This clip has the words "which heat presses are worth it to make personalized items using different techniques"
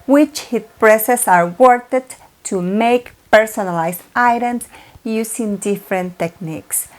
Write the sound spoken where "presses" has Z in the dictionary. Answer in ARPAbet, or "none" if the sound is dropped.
S